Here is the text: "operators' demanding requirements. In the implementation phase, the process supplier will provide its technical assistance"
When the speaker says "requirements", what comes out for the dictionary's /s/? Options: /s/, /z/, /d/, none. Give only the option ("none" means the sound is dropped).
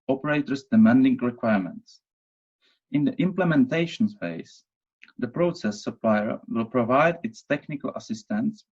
/s/